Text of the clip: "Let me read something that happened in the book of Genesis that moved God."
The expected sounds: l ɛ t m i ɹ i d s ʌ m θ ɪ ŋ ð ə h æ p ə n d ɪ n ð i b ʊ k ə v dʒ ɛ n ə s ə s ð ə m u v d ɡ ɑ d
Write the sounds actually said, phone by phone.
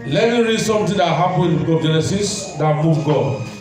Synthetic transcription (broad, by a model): l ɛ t m i ɹ i d s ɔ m t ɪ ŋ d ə h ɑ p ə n ɪ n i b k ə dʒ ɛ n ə s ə s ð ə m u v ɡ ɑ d